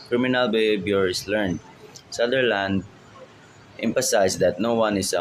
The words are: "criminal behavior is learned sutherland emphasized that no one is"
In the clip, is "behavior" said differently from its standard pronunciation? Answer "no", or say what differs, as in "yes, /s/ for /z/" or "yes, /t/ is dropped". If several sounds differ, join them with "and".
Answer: yes, /b/ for /v/